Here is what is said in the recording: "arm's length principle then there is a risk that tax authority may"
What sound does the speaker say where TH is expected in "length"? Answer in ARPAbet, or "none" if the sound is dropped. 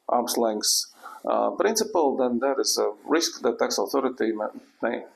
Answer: S